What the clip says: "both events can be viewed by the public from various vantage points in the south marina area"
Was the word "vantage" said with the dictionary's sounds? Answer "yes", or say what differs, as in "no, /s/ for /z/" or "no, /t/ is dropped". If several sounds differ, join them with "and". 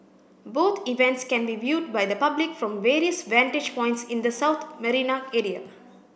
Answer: yes